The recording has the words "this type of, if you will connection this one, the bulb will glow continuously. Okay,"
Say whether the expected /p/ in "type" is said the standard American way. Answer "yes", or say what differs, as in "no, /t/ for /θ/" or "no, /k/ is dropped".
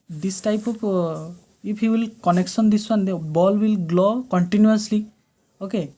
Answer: yes